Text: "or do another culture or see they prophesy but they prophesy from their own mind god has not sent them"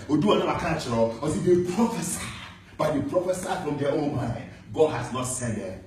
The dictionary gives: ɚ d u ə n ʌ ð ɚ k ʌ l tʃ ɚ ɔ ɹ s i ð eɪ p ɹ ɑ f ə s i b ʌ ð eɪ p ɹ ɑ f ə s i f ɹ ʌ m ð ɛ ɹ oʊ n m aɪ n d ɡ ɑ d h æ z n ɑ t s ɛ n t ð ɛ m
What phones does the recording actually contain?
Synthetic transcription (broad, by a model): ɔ d u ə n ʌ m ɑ k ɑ n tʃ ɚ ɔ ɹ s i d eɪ p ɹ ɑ f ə s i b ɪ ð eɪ p ɹ ɑ f ə s i f ɹ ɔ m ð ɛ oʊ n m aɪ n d ɡ ɑ d h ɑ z n ɑ t s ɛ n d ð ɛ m